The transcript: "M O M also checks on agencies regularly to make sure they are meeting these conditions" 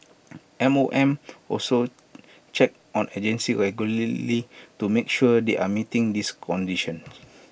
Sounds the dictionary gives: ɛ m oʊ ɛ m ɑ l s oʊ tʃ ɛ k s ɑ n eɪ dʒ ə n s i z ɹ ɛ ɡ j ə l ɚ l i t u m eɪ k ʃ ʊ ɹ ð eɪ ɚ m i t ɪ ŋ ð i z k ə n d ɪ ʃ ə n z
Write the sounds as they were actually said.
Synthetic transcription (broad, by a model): ɛ m oʊ ɛ m ɑ l s oʊ tʃ ɛ k ɑ n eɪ dʒ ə n s i ɹ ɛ ɡ j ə l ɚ l i t u m eɪ k ʃ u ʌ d eɪ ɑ m i t ɪ ŋ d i s k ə n d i ʃ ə n